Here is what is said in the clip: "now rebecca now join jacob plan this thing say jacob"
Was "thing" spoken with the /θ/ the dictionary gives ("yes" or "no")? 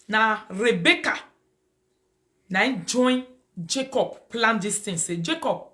no